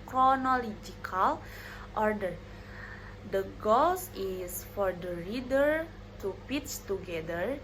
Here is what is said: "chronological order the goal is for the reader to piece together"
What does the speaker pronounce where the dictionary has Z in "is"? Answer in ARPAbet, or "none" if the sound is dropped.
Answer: S